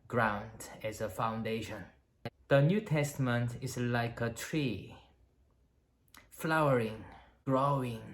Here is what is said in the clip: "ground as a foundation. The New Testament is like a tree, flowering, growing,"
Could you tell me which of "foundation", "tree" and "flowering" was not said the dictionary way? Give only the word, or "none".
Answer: none